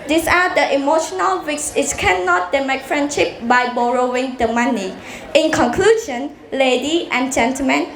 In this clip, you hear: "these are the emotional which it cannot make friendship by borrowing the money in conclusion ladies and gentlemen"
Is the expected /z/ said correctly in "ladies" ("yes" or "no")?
no